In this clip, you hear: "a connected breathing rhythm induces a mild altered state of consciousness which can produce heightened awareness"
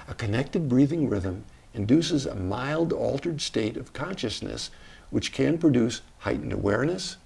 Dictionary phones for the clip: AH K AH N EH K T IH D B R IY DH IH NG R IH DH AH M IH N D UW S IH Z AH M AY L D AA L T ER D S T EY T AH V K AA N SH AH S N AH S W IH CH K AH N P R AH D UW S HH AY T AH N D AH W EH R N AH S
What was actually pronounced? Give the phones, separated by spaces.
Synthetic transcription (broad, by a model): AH K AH N EH K T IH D B R IY DH IH NG R IH DH AH M IH N D UW S IH Z AH M AY L D AA L T ER D S T EY T AH V K AA N SH AH S N AH S W IH CH K AH N P R AH D UW S HH AY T N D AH W EH R N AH S